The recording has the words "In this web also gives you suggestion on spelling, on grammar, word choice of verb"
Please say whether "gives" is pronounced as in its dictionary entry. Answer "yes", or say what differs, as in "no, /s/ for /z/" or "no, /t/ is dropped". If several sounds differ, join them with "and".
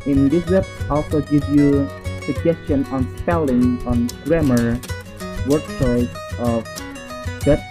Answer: no, /z/ is dropped